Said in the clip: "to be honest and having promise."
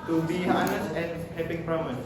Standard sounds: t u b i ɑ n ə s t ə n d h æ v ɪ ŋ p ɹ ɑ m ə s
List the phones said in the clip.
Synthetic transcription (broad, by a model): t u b i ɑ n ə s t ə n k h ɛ p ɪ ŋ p ɹ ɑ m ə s